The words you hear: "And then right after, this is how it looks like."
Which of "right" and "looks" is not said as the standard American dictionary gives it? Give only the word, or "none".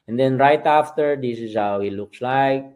none